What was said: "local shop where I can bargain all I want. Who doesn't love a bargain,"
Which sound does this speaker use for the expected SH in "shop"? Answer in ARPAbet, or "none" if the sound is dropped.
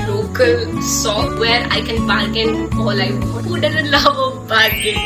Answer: S